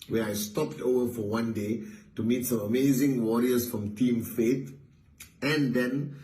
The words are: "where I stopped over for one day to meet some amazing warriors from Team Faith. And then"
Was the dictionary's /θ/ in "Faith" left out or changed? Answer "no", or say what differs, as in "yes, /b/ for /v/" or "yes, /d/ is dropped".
yes, /t/ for /θ/